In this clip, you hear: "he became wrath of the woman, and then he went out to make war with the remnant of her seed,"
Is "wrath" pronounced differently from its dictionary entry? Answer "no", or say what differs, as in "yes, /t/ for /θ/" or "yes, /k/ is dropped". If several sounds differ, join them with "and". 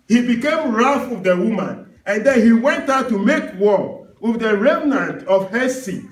yes, /f/ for /θ/